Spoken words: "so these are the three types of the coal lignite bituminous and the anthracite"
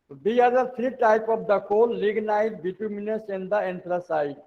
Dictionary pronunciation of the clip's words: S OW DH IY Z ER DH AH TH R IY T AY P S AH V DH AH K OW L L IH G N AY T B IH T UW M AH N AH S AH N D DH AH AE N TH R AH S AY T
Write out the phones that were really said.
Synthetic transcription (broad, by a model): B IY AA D ER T R IY T AY P AH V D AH K OW L L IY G N AY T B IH T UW M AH N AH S AH N D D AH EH N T R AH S AY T